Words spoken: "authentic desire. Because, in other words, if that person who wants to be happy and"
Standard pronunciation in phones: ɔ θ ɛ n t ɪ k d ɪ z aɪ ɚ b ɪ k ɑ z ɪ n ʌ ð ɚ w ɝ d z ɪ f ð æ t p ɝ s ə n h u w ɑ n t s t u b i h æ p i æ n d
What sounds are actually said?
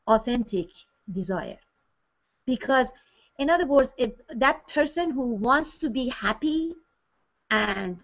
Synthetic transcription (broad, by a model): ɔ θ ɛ n t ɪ k d ɪ z aɪ ɚ b ɪ k ɑ z ɪ n ʌ ð ɚ w ɝ d z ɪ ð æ t p ɝ s ə n h u w ɑ n t s t u b i h æ p i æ n d